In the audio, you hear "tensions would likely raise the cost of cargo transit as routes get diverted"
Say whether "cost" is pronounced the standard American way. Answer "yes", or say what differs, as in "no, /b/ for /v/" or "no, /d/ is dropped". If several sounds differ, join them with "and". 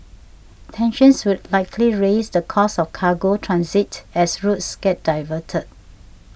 no, /t/ is dropped